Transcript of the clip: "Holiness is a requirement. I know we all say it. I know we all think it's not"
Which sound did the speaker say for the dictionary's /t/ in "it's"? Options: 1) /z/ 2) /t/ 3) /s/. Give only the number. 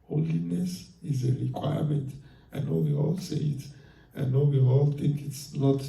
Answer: 2